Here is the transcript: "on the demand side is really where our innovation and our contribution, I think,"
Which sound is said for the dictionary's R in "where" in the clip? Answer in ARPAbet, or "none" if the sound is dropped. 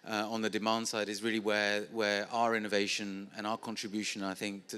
W